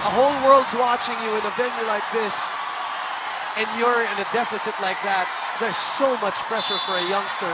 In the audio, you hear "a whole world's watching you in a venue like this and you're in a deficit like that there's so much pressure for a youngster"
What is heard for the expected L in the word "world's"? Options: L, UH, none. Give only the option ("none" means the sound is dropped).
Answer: L